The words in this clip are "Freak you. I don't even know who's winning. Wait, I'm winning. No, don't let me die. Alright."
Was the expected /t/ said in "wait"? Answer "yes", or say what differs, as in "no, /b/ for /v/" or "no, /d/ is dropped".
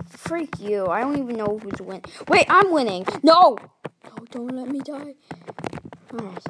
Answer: yes